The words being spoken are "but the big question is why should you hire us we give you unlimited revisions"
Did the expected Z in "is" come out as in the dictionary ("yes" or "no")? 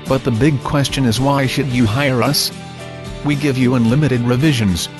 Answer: yes